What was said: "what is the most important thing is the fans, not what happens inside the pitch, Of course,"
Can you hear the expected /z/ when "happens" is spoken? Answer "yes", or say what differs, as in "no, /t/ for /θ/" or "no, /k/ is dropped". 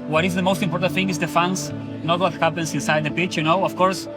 no, /s/ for /z/